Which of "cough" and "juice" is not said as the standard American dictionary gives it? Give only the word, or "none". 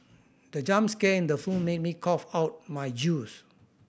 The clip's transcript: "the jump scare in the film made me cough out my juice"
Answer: none